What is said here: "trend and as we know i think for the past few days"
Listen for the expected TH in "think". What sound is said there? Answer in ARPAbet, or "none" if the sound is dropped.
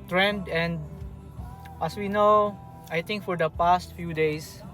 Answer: T